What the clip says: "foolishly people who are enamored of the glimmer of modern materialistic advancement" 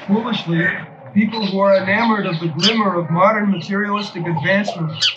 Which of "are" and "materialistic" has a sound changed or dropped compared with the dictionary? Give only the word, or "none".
none